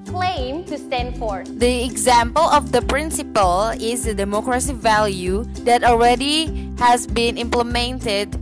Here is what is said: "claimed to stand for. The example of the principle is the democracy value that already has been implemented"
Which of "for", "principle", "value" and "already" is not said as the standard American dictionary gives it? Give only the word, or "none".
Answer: none